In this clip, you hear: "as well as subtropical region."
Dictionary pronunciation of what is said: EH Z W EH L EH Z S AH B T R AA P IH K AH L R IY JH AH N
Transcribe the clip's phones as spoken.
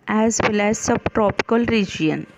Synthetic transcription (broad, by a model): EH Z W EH L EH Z S AH B T R AA P IH K AH L R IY JH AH N